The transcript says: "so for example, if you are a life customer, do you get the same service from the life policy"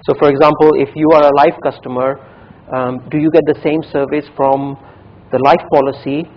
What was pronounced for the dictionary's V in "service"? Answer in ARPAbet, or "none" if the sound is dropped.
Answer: V